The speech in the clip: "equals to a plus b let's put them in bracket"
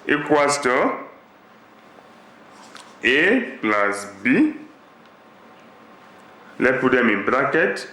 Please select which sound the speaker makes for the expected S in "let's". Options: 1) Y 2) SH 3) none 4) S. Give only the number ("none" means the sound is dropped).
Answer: 3